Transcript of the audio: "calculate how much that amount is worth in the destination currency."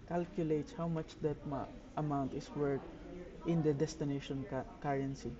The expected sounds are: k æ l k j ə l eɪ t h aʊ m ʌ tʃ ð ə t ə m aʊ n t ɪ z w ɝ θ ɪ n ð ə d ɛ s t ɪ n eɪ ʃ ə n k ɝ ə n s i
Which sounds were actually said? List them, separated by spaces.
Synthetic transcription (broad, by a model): k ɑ l k j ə l eɪ t h aʊ m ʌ tʃ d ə t ə m aʊ n t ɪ s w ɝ t ɪ n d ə d ɛ s t ɪ n eɪ ʃ ə n k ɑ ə n s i